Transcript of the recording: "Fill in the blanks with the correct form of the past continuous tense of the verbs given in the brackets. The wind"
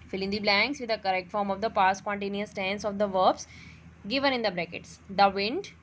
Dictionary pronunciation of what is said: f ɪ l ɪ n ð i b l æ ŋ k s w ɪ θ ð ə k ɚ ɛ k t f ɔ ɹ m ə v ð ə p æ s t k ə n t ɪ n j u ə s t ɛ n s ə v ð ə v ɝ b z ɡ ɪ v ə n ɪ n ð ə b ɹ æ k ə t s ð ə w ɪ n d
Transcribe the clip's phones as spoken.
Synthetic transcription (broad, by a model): f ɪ l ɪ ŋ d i b l æ ŋ k s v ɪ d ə k ɚ ɛ k t f ɔ ɹ m ə v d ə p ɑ s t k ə n t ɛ n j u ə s t ɛ n s ə v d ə v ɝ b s ɡ ɪ v ə n ɪ n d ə b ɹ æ k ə t s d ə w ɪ n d